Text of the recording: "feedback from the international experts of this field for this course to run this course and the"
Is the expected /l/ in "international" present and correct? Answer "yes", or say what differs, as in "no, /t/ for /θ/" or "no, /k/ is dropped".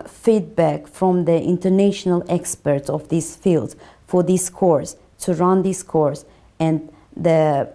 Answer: yes